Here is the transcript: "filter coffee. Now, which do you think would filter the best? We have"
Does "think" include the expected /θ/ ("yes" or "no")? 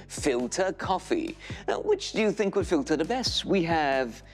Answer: yes